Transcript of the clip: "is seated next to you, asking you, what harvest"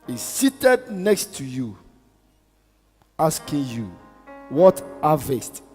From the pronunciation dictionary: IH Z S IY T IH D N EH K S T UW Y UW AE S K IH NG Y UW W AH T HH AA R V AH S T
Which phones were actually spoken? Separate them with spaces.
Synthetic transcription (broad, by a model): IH S IY T IH D N EH K S T UW Y UW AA S K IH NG Y UW W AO T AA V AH S T